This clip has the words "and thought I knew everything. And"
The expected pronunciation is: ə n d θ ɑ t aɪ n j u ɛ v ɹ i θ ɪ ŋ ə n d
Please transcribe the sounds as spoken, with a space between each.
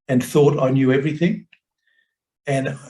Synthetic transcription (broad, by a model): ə n θ ɑ t aɪ n j u ɛ v ɹ i θ ɪ ŋ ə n